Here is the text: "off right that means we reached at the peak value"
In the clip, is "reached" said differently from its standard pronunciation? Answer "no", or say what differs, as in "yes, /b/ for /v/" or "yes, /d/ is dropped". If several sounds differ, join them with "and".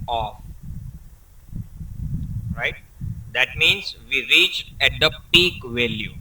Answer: yes, /t/ is dropped